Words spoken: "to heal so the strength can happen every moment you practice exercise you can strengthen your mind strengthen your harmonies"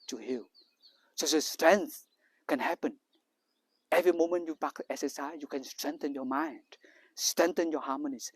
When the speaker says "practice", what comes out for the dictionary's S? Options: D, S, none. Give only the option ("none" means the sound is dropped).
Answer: none